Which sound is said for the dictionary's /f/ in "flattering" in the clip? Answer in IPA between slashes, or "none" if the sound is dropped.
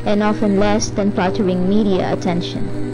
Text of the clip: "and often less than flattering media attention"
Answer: /p/